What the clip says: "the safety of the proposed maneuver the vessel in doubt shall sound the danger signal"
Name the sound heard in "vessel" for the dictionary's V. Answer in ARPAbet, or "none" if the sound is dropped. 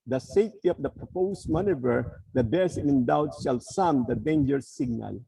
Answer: B